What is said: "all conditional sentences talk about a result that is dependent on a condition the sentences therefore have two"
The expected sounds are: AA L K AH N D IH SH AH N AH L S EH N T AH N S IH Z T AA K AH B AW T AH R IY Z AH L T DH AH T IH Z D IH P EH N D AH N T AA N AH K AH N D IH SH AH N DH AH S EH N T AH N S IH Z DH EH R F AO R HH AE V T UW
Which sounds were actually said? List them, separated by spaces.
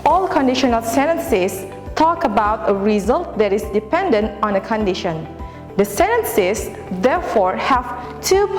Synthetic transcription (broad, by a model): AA L K AH N D IH SH AH N AH L S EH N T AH N S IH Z T AA K AH B AW T AH R IY Z AH L T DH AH T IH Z D IH P EH N D AH N T AA N AH K AH N D IH SH AH N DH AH S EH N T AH N S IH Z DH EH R F AO R HH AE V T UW